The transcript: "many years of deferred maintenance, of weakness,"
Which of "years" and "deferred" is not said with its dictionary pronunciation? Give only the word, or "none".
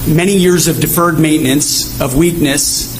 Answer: none